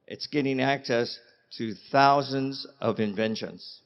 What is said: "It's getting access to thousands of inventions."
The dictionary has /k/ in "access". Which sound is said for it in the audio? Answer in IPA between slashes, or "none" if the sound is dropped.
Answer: /k/